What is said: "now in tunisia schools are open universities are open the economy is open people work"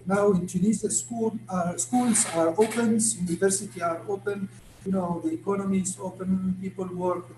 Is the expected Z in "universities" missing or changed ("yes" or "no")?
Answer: yes